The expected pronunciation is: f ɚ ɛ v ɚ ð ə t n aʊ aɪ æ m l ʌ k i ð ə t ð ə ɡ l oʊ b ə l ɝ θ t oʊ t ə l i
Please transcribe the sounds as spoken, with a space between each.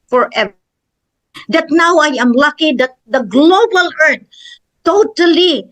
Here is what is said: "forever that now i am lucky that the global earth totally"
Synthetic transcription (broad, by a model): f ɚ ɛ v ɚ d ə t n aʊ aɪ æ m l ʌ k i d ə t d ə ɡ l oʊ b ə l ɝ t t oʊ t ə l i